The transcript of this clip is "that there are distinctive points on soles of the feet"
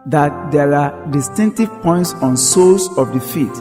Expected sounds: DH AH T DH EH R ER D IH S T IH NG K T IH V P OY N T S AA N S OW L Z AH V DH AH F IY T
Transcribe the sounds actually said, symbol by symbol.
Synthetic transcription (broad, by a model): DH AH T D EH R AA D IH S T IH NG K T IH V P OY N T S AA N S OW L S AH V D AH F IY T